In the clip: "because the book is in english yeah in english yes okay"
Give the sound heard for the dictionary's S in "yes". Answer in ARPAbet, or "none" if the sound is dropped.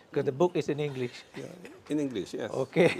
none